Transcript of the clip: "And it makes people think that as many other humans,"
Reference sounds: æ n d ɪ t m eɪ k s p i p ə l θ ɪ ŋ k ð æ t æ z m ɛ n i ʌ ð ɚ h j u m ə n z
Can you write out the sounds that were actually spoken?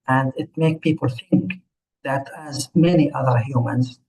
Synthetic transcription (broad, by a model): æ n d ɪ t m eɪ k p i p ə l θ ɪ ŋ k ð æ t æ z m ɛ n i ʌ ð ɚ h j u m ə n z